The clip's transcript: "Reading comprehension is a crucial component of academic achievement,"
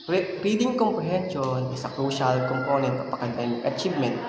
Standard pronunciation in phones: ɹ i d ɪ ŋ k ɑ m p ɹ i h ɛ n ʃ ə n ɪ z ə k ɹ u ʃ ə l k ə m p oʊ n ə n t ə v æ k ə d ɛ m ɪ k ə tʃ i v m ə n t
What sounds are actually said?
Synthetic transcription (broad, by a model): ɹ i d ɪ ŋ k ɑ m p ɹ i h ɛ n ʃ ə n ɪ s ə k ɹ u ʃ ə l k ə m p oʊ n ə n t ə p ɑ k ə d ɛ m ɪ k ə tʃ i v m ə n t